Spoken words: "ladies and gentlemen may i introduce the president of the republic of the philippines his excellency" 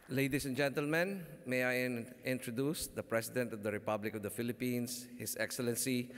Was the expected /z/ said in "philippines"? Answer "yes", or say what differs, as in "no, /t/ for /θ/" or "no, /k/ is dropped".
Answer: no, /s/ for /z/